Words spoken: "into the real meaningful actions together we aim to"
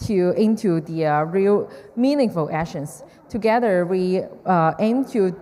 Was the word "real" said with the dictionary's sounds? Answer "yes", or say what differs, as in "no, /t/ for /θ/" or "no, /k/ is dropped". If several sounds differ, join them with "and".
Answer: yes